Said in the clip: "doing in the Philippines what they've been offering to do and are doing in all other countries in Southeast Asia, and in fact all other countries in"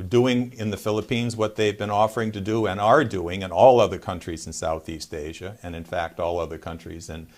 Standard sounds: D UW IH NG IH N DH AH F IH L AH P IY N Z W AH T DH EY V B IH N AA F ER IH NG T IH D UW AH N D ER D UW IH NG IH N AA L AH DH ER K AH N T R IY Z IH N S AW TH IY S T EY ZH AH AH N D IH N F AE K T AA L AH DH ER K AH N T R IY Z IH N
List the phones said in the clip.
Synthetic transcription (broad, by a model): D UW IH NG IH N DH AH F IH L AH P IY N Z W AH T DH EY V B IH N AA F ER IH NG T IH D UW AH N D ER D UW IH NG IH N AA L AH DH ER K AH N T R IY Z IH N S AW TH IY S T EY ZH AH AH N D IH N F AE K T AA L AH DH ER K AH N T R IY Z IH N